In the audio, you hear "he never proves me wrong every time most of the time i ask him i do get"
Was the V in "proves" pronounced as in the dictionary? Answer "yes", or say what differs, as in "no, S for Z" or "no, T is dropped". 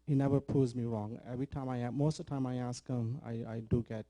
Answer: no, V is dropped